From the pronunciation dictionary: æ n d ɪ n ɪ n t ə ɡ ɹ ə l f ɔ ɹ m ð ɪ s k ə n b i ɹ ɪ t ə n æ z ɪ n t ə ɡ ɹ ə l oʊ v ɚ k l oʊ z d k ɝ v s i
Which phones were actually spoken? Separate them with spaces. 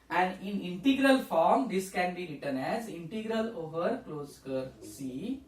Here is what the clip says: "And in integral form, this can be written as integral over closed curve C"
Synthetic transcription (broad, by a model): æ n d ɪ n ɪ n t ə ɡ ɹ ə l f ɔ ɹ m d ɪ s k ə n b i ɹ ɪ t ə n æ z ɪ n t ə ɡ ɹ ə l oʊ v ɚ k l oʊ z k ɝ s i